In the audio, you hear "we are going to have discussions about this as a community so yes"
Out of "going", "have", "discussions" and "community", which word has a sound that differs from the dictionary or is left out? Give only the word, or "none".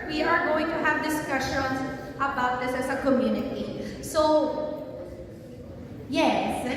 none